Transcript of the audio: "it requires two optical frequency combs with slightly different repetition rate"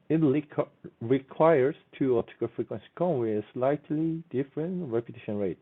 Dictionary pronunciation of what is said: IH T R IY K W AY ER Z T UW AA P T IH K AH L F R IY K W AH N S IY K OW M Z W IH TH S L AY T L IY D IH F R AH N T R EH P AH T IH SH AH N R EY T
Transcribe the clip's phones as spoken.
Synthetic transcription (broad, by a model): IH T R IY K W AY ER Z T UW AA T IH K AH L F R IY K W AH N S IY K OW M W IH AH S L AY T L IY D IH F R AH N T R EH P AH T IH SH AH N R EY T